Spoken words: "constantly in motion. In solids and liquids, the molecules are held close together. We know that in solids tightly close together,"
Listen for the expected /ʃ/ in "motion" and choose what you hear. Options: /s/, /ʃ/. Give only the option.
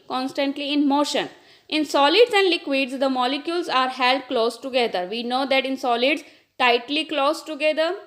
/ʃ/